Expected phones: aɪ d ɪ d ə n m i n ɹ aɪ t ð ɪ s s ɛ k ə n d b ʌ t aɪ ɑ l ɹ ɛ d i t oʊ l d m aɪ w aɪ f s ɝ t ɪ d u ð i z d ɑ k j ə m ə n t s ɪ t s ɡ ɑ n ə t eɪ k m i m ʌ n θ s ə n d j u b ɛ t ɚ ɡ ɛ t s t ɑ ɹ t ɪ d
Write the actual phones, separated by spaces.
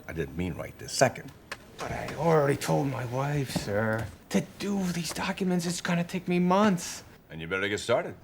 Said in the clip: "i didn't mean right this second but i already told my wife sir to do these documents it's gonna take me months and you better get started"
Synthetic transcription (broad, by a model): aɪ d ɪ d n m i n ɹ aɪ t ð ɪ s s ɛ k ə n d b ʌ t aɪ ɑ l ɹ ɛ d i t oʊ l d m aɪ w aɪ f s ɝ t ɪ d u ð i z d ɑ k j ə m ə n t s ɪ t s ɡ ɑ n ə t eɪ k m i m ʌ n θ s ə n j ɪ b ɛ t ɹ ɡ ɛ t s t ɑ ɹ t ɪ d